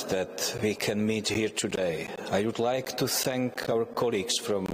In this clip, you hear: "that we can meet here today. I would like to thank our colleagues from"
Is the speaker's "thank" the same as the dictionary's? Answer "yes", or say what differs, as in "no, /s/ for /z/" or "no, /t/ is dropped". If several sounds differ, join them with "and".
yes